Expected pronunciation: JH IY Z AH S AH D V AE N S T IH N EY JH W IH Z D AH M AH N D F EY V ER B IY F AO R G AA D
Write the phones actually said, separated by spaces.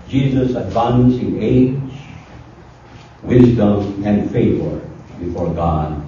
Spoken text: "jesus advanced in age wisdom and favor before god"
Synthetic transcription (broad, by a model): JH IY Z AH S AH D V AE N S IH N EY JH W IH Z D AH M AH N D F EY V ER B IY F AO R G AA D